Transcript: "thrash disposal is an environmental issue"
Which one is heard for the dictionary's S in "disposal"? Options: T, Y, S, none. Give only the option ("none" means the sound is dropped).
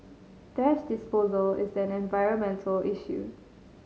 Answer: S